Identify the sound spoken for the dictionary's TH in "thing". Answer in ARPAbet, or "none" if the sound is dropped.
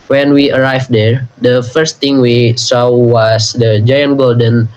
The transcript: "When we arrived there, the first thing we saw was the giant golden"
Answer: T